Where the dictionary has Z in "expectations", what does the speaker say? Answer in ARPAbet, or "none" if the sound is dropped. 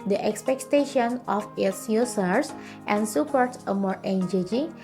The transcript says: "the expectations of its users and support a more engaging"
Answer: none